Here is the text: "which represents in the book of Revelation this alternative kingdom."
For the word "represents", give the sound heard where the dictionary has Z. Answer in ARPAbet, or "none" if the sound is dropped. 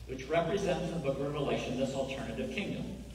Z